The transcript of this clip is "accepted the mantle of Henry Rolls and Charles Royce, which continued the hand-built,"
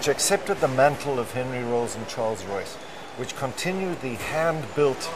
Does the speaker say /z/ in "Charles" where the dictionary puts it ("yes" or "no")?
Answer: yes